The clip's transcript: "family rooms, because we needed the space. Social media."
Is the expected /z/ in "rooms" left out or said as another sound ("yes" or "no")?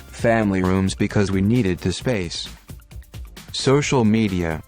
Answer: no